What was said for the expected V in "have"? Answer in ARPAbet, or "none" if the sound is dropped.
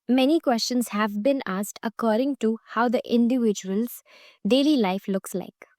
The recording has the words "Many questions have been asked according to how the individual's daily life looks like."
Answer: V